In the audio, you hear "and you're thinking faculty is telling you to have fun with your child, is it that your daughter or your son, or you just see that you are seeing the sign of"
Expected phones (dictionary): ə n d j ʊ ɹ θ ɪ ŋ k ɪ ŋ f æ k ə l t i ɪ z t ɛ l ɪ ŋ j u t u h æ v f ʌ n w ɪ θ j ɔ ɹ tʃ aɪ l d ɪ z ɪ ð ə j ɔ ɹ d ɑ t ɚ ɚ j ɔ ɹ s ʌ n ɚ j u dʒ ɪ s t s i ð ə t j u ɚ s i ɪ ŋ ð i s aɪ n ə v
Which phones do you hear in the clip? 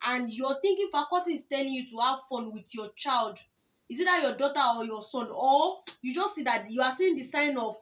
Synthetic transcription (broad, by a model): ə n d j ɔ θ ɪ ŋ k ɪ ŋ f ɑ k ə t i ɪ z t ɛ l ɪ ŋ j u t u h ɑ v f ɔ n w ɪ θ j ɔ tʃ aɪ l d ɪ s ɪ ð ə j ɔ d ɑ t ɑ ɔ j ɔ s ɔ n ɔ j u dʒ ɪ s t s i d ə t j u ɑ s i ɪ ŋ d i s aɪ n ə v